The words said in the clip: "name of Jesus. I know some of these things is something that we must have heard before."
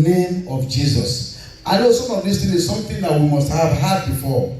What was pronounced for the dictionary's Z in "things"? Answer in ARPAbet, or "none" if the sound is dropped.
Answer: none